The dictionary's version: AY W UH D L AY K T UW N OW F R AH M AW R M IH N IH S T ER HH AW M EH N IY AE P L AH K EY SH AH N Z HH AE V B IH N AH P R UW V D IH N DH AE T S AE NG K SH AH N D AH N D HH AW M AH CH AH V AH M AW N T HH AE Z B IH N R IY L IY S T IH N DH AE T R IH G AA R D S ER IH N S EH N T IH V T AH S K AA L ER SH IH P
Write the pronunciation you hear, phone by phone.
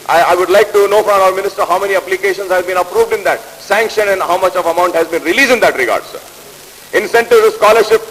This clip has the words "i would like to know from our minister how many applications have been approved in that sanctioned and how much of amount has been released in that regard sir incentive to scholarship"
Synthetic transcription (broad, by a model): AY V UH D L AY K T UW N OW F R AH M AW R M IH N IH S T ER HH AW M EH N IY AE P L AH K EY SH AH N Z HH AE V B IH N AH P R UW V D IH N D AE T S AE NG K SH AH N AH N D HH AW M AH CH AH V AH M AW N T HH AE Z B IH N R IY L IY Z IH N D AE T R IH G AA R D S ER IH N S EH N T IH V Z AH S K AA L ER SH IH P